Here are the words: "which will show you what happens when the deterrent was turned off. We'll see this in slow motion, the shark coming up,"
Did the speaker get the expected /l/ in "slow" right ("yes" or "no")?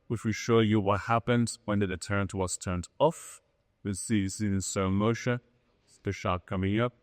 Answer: no